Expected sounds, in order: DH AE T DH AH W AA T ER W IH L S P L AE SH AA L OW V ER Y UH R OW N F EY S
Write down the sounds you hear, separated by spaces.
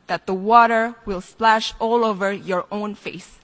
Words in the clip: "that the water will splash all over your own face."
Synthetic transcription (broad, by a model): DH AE T DH AH W AA T ER W IH L S P L AE SH AA L OW V ER Y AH R OW N F EY S